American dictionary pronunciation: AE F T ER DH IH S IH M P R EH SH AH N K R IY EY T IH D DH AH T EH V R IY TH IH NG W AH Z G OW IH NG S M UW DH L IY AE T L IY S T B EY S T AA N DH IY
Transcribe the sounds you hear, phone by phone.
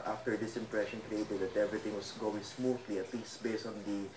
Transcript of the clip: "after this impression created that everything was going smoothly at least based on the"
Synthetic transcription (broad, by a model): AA F T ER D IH S IH M P R EH SH AH N K R IY EY T IH D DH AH T EH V R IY T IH NG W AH S G OW IH NG S M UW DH L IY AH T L IY S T B EY S T AA N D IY